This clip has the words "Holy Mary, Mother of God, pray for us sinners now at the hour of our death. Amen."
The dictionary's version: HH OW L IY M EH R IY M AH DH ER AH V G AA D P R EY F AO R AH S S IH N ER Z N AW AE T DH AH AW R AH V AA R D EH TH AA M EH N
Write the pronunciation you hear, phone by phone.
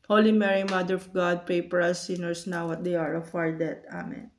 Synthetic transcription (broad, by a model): HH OW L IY M EH R IY M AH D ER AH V G AA D P R EY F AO R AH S S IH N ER S N AW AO T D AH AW R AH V AA R D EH T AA M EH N